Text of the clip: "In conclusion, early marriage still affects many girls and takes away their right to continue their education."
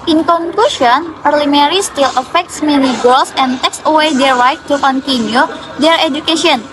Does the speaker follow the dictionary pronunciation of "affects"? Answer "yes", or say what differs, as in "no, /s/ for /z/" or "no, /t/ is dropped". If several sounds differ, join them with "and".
yes